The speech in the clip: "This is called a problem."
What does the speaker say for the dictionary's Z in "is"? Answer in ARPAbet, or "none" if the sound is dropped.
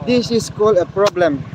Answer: S